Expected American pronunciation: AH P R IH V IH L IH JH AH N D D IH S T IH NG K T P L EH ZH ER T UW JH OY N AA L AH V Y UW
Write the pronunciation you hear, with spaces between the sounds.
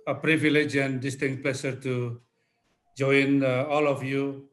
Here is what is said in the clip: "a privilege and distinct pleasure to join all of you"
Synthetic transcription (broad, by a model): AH P R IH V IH L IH JH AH N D D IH S T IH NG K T P L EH SH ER T UW JH OY N AA L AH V Y UW